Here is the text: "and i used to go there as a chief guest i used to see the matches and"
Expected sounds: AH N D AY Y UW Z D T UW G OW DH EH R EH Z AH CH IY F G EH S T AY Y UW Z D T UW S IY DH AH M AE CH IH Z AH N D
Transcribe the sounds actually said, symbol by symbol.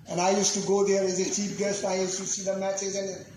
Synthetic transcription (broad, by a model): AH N AY Y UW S T UW G OW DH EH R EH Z AH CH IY P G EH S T AY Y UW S T UW S IY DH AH M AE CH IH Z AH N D